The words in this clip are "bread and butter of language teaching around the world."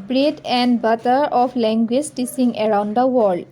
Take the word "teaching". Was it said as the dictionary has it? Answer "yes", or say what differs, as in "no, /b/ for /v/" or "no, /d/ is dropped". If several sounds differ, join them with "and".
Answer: no, /s/ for /tʃ/